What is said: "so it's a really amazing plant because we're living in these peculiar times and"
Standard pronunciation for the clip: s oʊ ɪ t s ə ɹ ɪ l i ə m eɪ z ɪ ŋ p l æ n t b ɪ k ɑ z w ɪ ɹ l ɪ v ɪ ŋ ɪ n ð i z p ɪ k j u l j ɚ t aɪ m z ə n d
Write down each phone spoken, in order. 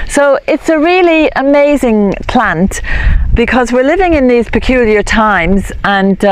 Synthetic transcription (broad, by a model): s oʊ ɪ t s ə ɹ ɪ l i ə m eɪ z ɪ ŋ p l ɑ n t b ɪ k ɑ z w ɪ ɹ l ɪ v ɪ ŋ ɪ n ð i z p ɪ k j u l j ɚ t aɪ m z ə n